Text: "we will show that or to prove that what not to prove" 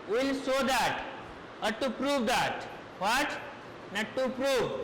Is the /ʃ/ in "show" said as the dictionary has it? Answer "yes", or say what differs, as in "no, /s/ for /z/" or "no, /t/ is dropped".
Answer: no, /s/ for /ʃ/